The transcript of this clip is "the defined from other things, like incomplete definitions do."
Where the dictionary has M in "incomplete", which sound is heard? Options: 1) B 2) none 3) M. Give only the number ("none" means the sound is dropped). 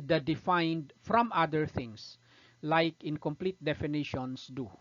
3